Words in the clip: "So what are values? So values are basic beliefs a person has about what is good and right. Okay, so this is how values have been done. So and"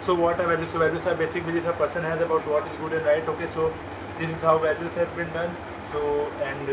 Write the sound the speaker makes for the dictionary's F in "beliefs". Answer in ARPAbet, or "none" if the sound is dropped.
none